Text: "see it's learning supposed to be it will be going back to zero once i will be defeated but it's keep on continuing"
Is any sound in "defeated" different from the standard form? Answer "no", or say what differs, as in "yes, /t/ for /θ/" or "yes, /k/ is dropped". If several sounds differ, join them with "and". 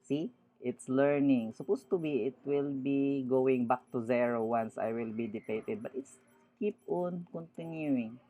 yes, /p/ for /f/